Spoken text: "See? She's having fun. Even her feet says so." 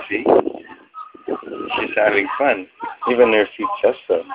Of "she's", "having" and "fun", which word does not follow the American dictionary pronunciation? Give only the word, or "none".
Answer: none